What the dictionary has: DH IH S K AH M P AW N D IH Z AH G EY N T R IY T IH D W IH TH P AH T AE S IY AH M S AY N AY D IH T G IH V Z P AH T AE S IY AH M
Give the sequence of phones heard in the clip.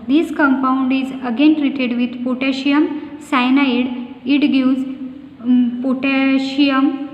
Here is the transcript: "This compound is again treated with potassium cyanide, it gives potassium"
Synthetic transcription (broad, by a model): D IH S K AH M P AW N D IH Z AH G EY N T R IY T IH D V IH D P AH T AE SH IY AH M S AY N AY D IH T G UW Z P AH T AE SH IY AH M